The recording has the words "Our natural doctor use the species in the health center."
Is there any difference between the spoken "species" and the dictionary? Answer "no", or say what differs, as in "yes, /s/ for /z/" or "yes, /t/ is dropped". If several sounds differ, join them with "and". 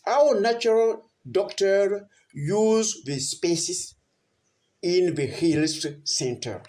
yes, /s/ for /z/